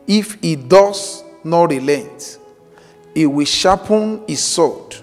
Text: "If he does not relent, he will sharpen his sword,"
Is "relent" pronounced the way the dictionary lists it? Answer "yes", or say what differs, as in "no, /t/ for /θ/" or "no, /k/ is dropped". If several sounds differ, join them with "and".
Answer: yes